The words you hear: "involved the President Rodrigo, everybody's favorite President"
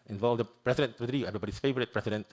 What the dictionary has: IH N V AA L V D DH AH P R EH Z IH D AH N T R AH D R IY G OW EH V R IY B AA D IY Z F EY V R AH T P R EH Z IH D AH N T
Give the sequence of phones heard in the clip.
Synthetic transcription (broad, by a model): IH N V AA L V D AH P R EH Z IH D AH N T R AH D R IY EH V R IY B AA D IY S F EY V R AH T P R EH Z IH D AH N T